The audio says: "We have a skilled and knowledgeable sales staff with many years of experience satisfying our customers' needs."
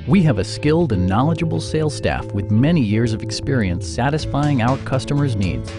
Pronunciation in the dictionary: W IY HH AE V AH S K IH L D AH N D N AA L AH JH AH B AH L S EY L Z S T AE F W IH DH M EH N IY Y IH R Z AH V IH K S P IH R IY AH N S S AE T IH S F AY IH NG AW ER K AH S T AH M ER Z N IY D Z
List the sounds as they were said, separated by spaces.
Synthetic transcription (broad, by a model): W IY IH V AH S K IH L D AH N N AA L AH JH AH B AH L S EY L S T AE F W IH DH M EH N IY Y IH R Z AH V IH K S P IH R IY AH N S S AE T IH S F AY IH NG AW ER K AH S T AH M ER Z N IY D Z